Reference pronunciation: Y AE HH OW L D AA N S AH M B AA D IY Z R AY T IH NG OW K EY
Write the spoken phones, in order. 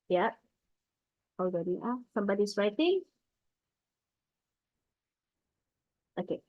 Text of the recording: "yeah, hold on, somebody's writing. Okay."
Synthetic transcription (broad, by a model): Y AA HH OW W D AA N S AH M B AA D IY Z R AY T IH NG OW K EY